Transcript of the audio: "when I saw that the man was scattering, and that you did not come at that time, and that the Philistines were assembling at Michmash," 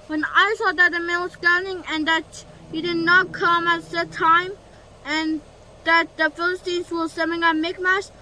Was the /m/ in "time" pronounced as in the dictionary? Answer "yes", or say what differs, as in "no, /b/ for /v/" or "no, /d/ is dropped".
yes